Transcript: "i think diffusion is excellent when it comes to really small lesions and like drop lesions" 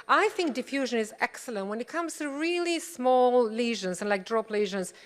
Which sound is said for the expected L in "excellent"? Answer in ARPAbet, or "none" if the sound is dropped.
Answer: L